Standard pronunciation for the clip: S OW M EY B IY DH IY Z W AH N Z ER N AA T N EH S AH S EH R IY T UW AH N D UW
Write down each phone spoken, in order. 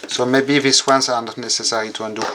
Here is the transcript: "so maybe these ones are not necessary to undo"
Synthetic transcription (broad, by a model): S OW M EY B IY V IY S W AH N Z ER N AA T N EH S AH S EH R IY T UW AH N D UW